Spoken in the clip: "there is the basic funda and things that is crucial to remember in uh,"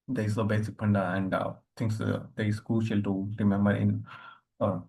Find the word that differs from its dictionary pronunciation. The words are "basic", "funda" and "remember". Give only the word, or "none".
funda